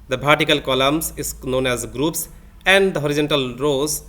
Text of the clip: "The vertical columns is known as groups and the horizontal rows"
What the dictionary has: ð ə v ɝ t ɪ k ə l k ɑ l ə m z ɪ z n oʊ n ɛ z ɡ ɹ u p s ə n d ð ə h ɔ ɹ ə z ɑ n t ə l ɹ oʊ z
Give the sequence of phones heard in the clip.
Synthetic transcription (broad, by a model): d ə p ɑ t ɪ k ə l k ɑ l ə m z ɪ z n oʊ n ɛ z ɡ ɹ u p s ə n d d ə h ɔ ɹ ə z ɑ n t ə l ɹ oʊ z